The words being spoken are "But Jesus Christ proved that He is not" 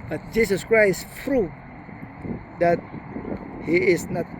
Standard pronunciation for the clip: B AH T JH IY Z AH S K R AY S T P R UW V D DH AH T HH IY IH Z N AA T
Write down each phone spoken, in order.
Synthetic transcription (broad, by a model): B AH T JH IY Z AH S K R AY S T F R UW D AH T HH IY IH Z N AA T